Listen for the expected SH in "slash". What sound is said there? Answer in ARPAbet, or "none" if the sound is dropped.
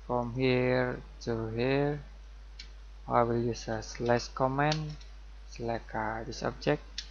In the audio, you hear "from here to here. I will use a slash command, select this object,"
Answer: S